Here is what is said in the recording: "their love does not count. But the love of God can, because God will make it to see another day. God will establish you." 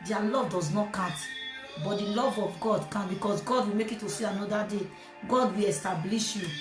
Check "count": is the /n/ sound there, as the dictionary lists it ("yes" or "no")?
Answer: no